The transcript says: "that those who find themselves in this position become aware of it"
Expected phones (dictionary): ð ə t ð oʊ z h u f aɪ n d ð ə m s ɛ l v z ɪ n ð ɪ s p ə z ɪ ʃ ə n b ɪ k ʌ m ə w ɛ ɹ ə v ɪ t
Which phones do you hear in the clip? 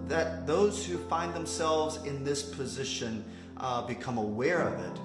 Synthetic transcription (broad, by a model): ð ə t ð oʊ z h u f aɪ n ð ə m s ɛ l v z ɪ n ð ɪ s p ə z ɪ ʃ ə n b ɪ k ʌ m ə w ɛ ɹ ə v ɪ t